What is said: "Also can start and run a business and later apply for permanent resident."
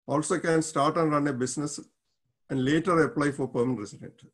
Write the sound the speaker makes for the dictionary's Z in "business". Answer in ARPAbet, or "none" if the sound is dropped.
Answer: S